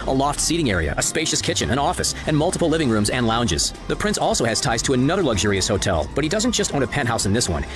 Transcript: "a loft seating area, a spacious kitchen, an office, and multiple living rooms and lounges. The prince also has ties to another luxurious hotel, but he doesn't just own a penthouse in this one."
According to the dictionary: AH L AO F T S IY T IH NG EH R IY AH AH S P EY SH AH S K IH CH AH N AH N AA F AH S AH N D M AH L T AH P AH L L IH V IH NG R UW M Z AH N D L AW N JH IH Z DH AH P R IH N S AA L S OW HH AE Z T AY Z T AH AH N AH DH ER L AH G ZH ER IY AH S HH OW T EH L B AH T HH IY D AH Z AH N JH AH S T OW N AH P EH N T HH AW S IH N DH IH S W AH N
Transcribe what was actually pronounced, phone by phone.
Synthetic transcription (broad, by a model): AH L AO F T S IY T IH NG EH R IY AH AH S P EY SH AH S K IH CH AH N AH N AA F AH S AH N M AH L T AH P L L IH V IH NG R UW M Z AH N L AW N JH IH Z DH AH P R IH N S AA L S OW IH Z T AY Z T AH AH N AH DH ER L AH G ZH ER IY AH S HH OW T EH L B AH T HH IY D AH Z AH N JH AH S T OW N AH P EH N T HH AW S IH N DH IH S W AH N